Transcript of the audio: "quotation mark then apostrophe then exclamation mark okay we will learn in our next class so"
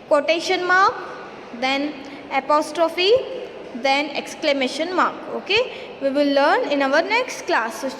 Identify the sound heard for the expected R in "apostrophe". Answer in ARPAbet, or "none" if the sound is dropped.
R